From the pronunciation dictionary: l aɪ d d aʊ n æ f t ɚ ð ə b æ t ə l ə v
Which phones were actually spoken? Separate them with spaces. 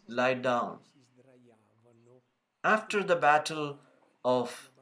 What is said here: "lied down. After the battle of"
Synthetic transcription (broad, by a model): l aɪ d d aʊ n æ f t ɚ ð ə b æ t ə l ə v